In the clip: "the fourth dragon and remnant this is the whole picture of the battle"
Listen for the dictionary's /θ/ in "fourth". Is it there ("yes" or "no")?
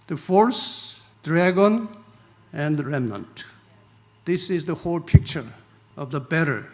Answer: no